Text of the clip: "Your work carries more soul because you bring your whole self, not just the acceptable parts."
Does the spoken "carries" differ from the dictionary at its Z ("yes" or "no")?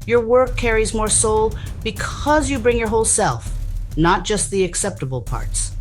no